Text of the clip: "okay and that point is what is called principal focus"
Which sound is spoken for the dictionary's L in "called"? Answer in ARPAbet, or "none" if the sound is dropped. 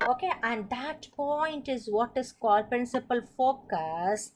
L